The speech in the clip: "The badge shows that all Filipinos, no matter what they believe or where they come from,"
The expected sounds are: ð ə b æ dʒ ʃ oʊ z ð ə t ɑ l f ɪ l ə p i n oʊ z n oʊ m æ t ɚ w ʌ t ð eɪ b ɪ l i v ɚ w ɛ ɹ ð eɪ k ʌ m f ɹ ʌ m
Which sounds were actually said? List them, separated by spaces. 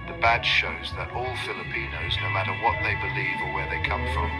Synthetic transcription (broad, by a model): ð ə b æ ʃ ʃ oʊ z ð ə t ɑ l f ɪ l ə p i n oʊ z n oʊ m æ t ɚ w ʌ t ð eɪ b ɪ l i v ɚ w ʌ ɹ ð eɪ k ʌ m f ɹ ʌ m